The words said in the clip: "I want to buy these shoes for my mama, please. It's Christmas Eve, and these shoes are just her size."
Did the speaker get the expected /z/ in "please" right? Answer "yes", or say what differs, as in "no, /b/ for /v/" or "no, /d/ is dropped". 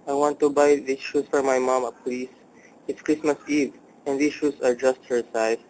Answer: no, /s/ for /z/